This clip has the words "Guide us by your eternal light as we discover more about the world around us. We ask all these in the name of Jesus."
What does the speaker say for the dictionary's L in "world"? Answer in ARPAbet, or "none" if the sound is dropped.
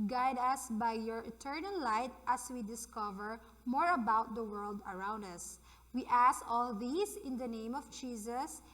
L